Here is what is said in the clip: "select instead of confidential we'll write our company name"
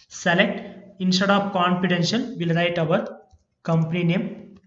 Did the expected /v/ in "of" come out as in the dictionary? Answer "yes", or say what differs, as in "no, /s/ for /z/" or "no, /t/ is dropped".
no, /p/ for /v/